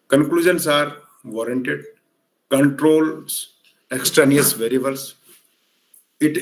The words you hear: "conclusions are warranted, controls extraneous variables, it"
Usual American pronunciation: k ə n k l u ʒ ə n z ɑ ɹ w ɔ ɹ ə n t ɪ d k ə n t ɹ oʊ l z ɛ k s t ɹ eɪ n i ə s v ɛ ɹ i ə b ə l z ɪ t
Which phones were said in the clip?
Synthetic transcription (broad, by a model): k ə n k l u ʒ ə n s ɑ ɹ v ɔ ɹ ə n t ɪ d k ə n t ɹ oʊ l s ɛ k s t ɹ eɪ n i ə s v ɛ ɹ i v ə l s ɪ t